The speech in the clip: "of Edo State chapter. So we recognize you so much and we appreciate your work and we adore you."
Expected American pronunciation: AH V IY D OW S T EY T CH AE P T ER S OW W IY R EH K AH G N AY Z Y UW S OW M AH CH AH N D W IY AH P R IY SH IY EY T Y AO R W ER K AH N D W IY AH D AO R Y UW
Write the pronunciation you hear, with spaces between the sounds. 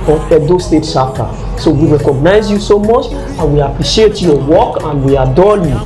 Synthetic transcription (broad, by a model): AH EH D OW S T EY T SH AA T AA S OW W IY R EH K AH G N AY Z Y UW S OW M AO CH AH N W IY AH P R IY SH IY EY T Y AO W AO K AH N W IY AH D AO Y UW